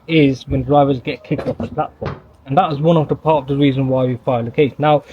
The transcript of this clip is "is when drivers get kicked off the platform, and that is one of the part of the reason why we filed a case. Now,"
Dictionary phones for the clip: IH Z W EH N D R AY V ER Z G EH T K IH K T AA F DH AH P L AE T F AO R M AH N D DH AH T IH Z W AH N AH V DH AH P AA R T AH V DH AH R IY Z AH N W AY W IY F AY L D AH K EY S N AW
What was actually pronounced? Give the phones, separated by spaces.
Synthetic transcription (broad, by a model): IH Z W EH N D R AY V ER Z G EH T K IH K T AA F DH AH P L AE T F AO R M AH N DH AH T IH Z W AH N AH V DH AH P AA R T AH V DH AH R IY Z AH N W AY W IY F AY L AH K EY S N AW